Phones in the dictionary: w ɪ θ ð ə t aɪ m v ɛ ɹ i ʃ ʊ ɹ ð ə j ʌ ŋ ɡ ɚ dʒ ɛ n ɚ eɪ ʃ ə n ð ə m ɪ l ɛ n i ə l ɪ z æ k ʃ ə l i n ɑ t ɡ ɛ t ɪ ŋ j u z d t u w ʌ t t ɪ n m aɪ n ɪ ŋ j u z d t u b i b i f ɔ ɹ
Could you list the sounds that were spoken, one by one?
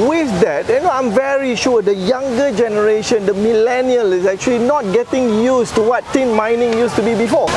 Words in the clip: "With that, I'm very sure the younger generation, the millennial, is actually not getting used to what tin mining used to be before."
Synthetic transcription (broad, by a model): w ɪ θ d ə t aɪ m v ɛ ɹ i ʃ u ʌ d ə j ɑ ŋ ɡ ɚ dʒ ɛ n ɚ eɪ ʃ ə n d ə m ɪ l ɛ n i ə l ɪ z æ k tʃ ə l i n ɑ t ɡ ɛ t ɪ ŋ j u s t u w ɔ t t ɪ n m aɪ n ɪ ŋ j u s t u b i b i f ɔ